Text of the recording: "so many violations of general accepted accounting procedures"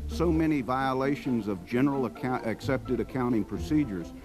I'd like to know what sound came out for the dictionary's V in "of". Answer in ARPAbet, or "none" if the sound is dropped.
V